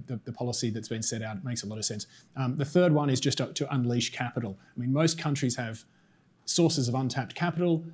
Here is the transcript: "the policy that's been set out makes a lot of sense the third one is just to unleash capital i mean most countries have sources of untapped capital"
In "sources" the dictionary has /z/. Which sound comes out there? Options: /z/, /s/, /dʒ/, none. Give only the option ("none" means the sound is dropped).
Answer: /z/